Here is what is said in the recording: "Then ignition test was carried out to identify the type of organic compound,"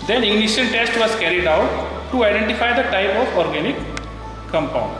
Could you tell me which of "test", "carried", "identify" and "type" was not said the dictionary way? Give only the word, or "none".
none